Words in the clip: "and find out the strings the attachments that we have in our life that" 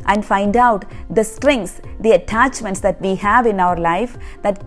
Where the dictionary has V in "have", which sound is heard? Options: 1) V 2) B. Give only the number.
1